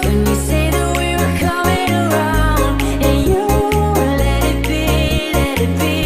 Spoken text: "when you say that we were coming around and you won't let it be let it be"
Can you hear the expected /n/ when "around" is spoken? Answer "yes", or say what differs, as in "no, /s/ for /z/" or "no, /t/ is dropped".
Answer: no, /n/ is dropped